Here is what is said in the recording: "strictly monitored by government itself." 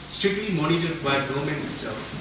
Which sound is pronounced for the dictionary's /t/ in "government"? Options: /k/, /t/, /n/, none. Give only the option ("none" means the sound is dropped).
none